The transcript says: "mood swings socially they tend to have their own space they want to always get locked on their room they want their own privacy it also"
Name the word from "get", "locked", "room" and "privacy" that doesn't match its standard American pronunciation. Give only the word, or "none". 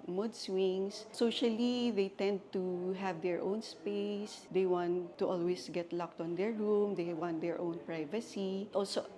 none